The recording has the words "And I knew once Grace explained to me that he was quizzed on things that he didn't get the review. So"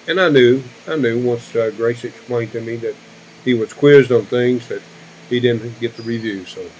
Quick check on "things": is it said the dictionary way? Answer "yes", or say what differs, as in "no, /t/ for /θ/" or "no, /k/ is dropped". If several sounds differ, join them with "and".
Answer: yes